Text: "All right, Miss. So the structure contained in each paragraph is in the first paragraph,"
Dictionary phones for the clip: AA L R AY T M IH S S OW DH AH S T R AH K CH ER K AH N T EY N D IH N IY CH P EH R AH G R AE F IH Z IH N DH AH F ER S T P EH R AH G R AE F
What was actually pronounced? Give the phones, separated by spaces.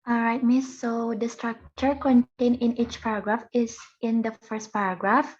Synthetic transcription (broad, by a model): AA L R AY T M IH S S OW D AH S T R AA K CH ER K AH N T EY N IH N IY CH P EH R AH G R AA F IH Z IH N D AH F ER S T P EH R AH G R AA F